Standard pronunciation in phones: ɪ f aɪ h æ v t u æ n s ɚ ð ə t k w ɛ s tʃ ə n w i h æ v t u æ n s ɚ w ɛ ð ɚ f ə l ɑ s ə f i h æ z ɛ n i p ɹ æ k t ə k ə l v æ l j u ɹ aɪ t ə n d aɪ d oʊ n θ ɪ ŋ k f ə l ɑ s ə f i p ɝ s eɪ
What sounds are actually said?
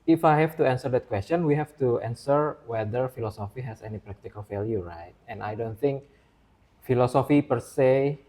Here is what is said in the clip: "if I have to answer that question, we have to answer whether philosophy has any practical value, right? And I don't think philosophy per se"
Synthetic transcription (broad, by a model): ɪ f aɪ h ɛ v t u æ n s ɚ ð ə t k w ɛ s tʃ ə n w i h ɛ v t u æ n s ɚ w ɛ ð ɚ f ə l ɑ s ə f i h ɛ s ɛ n i p ɹ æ k t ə k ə l f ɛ l j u ɹ aɪ t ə n aɪ d oʊ n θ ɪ ŋ k f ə l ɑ s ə f i p ɝ s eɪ